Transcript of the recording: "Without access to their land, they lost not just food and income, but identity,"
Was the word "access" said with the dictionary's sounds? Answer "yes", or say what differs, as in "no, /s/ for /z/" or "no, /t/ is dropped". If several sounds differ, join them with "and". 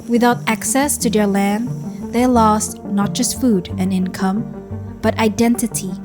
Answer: yes